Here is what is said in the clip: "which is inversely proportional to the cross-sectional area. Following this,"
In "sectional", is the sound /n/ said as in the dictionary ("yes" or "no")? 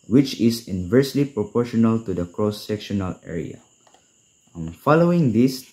yes